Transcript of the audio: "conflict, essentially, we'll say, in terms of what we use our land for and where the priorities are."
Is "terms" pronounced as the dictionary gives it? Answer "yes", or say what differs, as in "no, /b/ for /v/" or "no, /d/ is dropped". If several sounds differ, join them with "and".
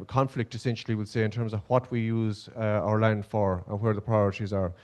yes